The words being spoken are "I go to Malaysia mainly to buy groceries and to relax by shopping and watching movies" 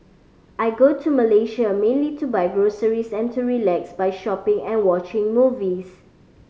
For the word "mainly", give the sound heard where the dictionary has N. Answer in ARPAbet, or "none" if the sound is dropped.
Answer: N